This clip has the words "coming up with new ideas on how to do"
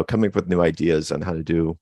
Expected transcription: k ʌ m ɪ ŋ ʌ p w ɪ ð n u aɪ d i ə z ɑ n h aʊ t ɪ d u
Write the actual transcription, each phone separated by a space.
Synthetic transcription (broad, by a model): k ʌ m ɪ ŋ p w ɪ ð n u aɪ d i ə z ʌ n h aʊ t ɪ d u